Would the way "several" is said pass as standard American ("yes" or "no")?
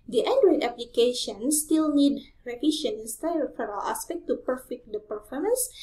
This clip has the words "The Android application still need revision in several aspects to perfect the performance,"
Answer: no